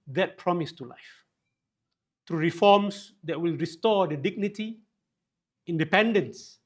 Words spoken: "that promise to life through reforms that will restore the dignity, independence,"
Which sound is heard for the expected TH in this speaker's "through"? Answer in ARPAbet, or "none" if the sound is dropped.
T